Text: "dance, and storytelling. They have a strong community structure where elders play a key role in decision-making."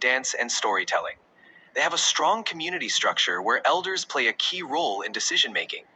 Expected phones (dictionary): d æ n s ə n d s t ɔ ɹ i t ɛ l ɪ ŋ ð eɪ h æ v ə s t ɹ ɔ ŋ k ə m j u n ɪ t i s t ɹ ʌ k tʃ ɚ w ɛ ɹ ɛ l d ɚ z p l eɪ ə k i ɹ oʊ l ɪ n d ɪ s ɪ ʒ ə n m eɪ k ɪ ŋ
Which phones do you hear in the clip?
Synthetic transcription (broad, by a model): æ n s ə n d s t ɔ ɹ i t ɛ l ɪ ŋ ð eɪ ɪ v ə s t ɹ ɔ ŋ k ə m j u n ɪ t i s t ɹ ʌ k tʃ ɚ w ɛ ɹ ɛ l d ɚ z p l eɪ ə k i ɹ oʊ l ɪ n d ɪ s ɪ ʒ ə n m eɪ k ɪ ŋ